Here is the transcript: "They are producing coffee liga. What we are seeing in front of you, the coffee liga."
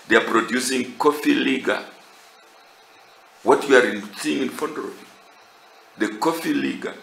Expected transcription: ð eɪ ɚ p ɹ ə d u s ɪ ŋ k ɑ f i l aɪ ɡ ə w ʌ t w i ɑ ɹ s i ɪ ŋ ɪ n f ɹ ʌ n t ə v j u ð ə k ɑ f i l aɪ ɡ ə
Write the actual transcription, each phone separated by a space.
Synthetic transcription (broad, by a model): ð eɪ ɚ p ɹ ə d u s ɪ ŋ k ɑ f i l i ɡ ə w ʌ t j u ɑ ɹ s i ɪ ŋ ɪ n f ɔ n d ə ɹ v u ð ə k ɑ f i l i ɡ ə